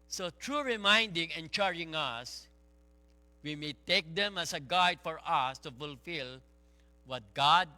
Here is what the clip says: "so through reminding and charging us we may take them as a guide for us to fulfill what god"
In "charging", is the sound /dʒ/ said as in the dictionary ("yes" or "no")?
no